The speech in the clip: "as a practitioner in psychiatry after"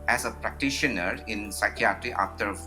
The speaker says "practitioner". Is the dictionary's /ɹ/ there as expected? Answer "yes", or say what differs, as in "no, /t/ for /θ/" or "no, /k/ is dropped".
yes